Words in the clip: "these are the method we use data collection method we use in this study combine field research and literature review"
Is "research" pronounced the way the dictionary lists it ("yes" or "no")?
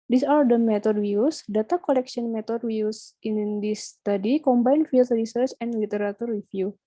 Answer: yes